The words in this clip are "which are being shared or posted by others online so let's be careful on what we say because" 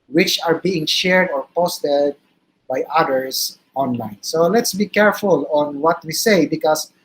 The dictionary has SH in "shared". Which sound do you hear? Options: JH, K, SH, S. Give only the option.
SH